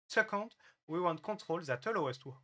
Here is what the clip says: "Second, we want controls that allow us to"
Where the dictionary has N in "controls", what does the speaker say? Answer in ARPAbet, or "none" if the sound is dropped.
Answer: none